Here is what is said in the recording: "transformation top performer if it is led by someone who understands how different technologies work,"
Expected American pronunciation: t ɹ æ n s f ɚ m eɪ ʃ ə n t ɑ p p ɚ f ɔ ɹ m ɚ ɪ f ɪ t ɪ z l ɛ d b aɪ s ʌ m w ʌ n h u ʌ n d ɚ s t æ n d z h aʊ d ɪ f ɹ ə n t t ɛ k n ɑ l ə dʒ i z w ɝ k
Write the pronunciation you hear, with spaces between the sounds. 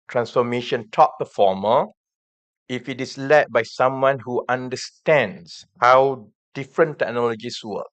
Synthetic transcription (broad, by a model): t ɹ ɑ n s f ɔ m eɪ ʃ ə n t ɑ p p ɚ f ɔ m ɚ ɪ f ɪ t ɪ s l ɛ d b aɪ s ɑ m w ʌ n h u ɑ n d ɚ s t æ n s h aʊ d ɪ f ɹ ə n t t ɛ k n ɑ l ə dʒ i s w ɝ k